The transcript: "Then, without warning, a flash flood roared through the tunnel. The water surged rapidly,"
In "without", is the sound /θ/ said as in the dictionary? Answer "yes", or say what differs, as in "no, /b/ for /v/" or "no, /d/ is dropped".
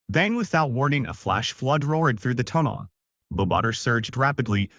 yes